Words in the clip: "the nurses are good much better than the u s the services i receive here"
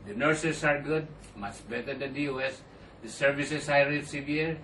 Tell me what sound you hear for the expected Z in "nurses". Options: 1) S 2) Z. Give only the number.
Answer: 1